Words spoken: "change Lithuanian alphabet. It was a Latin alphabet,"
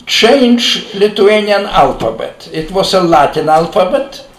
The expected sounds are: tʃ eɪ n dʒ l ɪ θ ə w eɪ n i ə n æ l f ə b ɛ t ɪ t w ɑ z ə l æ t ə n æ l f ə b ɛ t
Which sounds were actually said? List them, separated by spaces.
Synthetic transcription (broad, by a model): tʃ eɪ n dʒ l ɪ t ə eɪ n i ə n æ l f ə b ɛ t ɪ t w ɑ s ə l æ t ə n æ l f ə b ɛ t